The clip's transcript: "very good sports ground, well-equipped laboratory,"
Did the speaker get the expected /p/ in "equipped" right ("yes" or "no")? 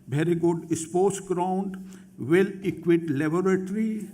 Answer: no